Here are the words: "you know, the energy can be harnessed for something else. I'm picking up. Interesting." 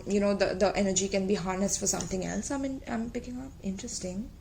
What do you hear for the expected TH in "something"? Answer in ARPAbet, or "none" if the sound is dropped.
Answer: T